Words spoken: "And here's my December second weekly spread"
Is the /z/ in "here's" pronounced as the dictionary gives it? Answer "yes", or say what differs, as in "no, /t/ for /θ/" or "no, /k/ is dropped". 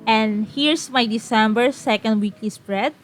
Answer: no, /s/ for /z/